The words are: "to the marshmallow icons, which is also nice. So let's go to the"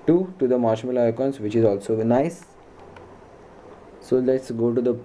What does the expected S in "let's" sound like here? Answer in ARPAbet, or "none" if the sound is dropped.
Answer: S